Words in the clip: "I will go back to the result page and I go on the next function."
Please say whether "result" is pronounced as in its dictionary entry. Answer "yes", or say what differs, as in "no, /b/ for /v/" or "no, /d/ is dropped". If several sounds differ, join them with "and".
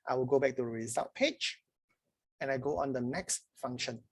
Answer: no, /l/ is dropped